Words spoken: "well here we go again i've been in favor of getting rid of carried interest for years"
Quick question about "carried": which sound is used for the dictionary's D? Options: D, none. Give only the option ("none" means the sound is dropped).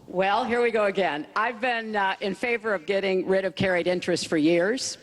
D